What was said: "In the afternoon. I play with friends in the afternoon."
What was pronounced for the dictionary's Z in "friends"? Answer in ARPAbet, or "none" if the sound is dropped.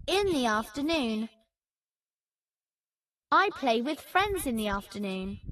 Z